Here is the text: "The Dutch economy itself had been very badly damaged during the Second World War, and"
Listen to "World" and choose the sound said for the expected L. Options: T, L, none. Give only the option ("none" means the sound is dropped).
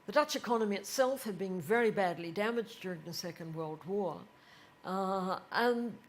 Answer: L